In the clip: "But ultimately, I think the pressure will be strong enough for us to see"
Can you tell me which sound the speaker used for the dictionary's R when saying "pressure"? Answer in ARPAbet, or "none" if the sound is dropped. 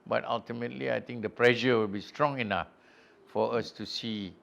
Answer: L